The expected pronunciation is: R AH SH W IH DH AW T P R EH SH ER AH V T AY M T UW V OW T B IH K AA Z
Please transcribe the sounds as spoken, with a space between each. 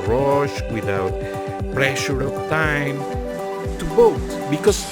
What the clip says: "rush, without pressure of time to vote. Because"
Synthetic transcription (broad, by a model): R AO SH W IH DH AW T P R EH SH ER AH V T AY M T UW B OW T B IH K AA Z